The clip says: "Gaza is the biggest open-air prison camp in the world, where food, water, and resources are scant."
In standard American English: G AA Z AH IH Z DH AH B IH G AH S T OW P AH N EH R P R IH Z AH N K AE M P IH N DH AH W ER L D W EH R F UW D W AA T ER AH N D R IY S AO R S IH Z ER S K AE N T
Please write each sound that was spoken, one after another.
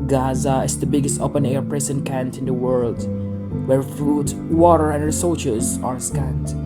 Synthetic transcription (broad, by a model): G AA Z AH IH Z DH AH B IH G AH S T OW P AH N EH R P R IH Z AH N K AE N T IH N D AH W ER L D W EH R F UW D W AA T ER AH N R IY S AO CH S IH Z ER S K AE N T